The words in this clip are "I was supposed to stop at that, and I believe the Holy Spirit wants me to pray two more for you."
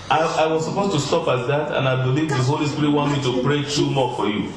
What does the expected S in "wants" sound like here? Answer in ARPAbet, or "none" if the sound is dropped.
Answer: none